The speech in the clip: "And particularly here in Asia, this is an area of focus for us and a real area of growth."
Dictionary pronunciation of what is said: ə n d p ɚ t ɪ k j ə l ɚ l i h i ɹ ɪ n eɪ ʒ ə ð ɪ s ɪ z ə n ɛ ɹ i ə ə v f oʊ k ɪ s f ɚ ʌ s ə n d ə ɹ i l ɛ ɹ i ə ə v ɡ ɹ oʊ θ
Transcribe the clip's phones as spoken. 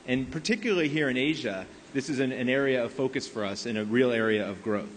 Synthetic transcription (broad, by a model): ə n p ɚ t ɪ k j l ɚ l i h i ɹ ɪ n eɪ ʒ ə ð ɪ s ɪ z ə n ɛ ɹ i ə ə v f oʊ k ɪ s f ɚ ʌ s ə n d ə ɹ i l ɛ ɹ i ə ə v ɡ ɹ oʊ θ